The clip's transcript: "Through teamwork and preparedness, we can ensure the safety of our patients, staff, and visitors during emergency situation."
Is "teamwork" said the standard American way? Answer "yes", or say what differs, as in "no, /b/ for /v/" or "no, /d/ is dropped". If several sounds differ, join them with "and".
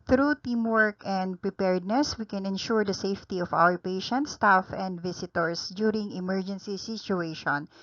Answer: yes